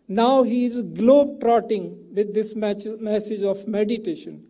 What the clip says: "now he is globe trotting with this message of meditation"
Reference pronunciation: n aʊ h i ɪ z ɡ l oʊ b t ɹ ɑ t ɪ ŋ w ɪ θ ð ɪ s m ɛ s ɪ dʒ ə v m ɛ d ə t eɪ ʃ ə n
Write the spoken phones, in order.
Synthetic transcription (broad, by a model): n aʊ h i ɪ z ɡ l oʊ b t ɹ ɑ t ɪ ŋ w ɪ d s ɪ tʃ m ɛ s ɪ dʒ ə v m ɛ d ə t eɪ ʃ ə n